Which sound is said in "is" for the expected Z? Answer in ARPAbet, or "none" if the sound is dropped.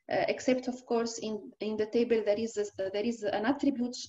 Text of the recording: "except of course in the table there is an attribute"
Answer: Z